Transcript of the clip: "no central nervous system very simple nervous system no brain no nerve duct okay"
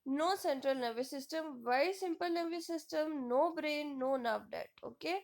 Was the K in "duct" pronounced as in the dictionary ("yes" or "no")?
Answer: no